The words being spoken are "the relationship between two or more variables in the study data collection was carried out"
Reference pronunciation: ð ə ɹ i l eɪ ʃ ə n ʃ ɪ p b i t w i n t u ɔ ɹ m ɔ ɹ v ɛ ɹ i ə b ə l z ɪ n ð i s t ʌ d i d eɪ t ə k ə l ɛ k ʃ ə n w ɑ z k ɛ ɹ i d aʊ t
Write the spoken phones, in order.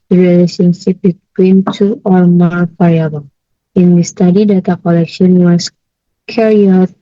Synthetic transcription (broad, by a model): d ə ɹ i l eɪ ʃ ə n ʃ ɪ p b i t w i n t u ɔ ɹ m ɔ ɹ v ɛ ɹ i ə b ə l ɪ n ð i s t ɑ d i d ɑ t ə k ə l ɛ k ʃ ə n w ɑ s k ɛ ɹ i aʊ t